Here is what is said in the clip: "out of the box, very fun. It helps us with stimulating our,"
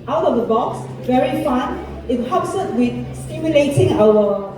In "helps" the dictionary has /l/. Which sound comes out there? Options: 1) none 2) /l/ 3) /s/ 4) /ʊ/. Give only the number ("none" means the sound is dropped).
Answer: 1